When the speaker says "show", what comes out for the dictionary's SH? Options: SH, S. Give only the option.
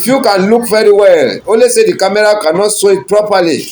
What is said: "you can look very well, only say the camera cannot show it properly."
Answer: S